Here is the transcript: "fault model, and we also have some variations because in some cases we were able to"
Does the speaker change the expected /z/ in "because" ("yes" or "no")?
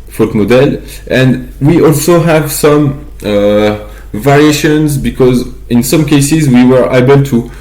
no